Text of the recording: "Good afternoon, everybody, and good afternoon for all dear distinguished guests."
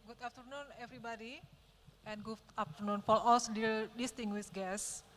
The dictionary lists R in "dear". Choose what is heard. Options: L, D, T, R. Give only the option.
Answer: L